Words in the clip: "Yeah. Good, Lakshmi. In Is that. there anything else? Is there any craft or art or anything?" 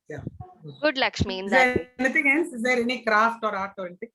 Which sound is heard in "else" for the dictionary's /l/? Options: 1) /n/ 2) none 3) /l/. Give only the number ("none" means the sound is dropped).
1